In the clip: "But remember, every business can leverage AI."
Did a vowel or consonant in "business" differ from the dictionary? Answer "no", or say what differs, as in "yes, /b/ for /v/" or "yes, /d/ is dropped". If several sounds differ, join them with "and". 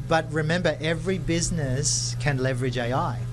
no